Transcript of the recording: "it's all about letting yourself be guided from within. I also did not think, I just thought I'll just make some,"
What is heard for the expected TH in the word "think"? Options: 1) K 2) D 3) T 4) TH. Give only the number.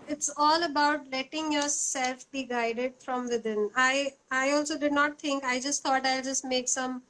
3